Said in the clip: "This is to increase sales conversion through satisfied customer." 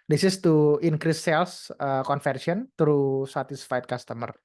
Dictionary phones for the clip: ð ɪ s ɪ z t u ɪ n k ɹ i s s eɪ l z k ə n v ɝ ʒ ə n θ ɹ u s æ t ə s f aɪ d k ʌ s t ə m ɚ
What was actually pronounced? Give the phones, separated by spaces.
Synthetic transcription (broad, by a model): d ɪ s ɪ s t u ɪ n k ɹ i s s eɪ l s k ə n f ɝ s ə n t ɹ u s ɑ t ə s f aɪ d k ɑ s t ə m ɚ